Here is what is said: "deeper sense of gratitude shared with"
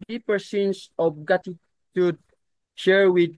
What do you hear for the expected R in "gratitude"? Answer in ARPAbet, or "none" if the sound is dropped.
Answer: none